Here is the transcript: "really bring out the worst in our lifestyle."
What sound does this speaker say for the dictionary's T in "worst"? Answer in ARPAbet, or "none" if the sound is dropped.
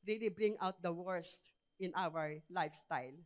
none